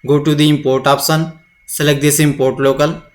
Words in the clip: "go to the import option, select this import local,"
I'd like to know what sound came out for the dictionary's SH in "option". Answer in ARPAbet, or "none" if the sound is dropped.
S